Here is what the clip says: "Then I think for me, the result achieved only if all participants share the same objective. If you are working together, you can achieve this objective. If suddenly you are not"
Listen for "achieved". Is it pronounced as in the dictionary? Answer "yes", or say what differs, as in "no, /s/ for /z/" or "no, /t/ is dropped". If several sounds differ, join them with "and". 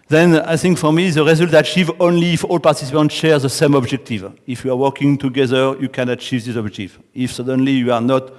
no, /d/ is dropped